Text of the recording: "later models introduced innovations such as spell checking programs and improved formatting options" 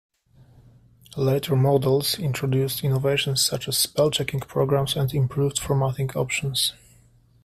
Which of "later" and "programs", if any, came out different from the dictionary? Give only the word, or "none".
programs